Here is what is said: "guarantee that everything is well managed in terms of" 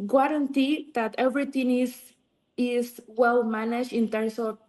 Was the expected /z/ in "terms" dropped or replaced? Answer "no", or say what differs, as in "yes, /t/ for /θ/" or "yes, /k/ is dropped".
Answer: yes, /s/ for /z/